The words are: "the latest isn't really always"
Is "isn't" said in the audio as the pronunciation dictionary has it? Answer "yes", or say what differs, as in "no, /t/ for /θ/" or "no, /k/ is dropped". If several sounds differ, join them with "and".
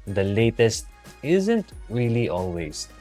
yes